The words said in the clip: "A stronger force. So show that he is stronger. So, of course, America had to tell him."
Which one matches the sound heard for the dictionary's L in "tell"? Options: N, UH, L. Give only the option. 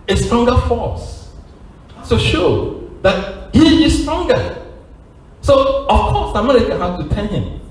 N